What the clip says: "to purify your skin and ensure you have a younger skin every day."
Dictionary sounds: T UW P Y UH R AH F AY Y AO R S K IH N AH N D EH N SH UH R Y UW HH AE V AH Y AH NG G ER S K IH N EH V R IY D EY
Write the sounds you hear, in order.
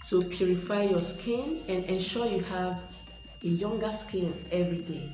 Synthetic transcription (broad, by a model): T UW P Y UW R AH F AY Y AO S K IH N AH N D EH N SH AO Y UW HH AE V AH Y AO NG G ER S K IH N EH V R IY D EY